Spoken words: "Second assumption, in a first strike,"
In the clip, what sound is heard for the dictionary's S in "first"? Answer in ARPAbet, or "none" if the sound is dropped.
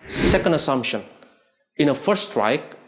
none